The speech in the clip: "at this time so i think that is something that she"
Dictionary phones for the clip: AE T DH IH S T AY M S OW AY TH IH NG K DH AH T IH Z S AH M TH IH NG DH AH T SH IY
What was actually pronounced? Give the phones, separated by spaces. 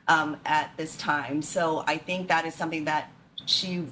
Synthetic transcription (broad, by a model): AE T DH IH S T AY M S OW AY TH IH NG K DH AH T IH Z S AH M TH IH NG DH AH T SH IY